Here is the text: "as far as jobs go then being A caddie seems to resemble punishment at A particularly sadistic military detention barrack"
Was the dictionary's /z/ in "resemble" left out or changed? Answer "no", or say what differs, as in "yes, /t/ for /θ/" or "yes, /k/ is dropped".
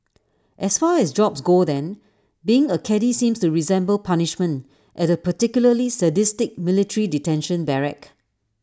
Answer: no